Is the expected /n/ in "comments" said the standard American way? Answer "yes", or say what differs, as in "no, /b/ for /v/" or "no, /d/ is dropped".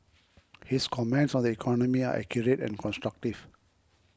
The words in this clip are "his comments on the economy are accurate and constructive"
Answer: yes